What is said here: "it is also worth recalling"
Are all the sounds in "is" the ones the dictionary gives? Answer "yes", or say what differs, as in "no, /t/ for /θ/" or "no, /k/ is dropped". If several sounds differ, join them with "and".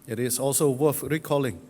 no, /s/ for /z/